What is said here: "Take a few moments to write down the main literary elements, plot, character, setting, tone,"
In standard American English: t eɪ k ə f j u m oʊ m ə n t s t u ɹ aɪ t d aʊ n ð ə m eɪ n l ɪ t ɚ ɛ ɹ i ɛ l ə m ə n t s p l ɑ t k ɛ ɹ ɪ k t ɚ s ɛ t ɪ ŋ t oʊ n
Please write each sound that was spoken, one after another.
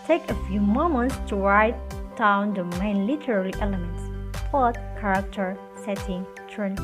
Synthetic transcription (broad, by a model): t eɪ k ə f j u m oʊ m ə n t s t u ɹ aɪ t d aʊ n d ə m eɪ n l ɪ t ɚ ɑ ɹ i ɛ l ə m ə n t s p ɑ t k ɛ ɹ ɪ k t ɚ s ɛ t ɪ ŋ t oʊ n